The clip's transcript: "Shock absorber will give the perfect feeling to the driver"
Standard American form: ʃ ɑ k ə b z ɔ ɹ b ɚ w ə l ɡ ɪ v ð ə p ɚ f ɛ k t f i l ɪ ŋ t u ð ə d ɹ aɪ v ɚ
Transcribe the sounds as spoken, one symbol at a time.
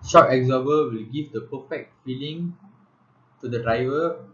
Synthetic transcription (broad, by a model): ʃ ɑ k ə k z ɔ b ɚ w ə l ɡ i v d ə p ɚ f ɛ k t f i l ɪ ŋ t u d ə d ɹ aɪ v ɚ